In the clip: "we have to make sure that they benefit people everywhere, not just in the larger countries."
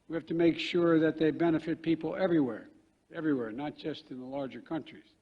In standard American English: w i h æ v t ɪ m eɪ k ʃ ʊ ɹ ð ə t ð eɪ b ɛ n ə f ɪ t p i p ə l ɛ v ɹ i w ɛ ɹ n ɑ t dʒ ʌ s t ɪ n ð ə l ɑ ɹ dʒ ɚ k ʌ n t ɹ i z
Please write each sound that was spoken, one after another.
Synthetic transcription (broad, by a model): w i h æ f t ɪ m eɪ k ʃ ʊ ɹ ð ə t ð eɪ b ɛ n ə f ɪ t p i p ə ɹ ɛ v ɹ i w ɛ ɹ n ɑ t dʒ ʌ s t ɪ n ð ə l ɑ ɹ dʒ ɚ k ʌ n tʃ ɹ i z